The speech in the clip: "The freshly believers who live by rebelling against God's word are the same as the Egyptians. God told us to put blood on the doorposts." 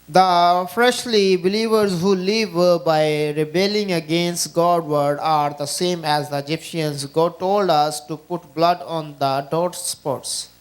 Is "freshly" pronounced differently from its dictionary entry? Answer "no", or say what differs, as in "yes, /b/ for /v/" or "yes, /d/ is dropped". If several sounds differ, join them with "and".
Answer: no